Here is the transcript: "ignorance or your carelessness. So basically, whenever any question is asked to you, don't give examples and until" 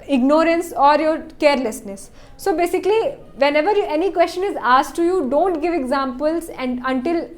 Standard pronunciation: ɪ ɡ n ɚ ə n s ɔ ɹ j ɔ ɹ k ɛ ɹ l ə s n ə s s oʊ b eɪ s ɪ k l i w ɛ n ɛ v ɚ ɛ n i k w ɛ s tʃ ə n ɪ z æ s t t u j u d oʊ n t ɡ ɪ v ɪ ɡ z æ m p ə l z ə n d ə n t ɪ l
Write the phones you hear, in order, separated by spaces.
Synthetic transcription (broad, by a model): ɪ ɡ n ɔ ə n s ɔ ɹ j ɔ ɹ k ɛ ɹ l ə s n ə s s oʊ b eɪ s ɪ k l i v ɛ n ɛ v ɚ ɛ n i k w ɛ s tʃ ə n ɪ z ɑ s t t u j u d oʊ n t ɡ ɪ v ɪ ɡ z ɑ m p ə l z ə n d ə n t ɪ l